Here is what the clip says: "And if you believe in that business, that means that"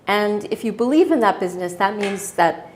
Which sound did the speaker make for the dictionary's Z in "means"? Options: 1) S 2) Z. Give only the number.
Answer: 2